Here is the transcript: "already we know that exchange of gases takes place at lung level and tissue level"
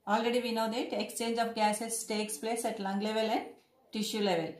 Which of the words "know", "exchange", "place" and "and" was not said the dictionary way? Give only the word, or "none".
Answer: none